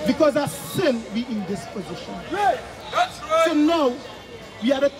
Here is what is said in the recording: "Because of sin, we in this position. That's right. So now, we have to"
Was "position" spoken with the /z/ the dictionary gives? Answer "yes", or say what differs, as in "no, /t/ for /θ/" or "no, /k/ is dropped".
yes